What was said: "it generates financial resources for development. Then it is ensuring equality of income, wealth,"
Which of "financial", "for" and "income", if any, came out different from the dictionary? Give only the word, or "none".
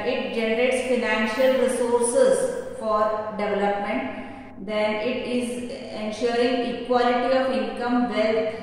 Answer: none